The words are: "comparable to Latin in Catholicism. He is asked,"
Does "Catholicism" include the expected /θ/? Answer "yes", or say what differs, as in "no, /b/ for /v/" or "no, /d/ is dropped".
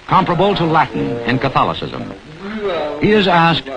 yes